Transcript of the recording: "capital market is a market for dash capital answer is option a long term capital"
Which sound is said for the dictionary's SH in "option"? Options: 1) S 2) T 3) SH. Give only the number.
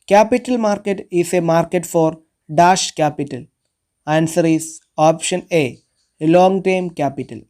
3